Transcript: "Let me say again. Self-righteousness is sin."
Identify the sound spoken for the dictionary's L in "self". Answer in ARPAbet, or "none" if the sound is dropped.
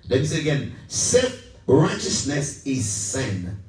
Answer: none